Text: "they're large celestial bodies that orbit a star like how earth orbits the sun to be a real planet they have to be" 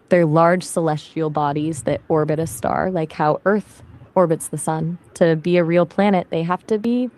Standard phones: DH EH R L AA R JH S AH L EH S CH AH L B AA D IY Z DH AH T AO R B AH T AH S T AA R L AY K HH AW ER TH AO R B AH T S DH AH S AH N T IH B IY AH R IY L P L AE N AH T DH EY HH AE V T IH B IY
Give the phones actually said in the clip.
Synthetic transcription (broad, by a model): DH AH R L AA R JH S AH L EH S CH AH L B AA D IY Z DH AH T AO R B AH T AH S T AA R L AY K HH AW ER TH AO R B AH T S DH AH S AH N T IH B IY AH R IY L P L AE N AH T DH EY HH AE F T IH B IY